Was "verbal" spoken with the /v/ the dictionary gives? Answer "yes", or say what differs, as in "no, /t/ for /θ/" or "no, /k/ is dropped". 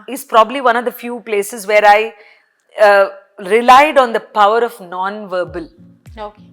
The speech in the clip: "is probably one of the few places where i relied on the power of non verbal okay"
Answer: yes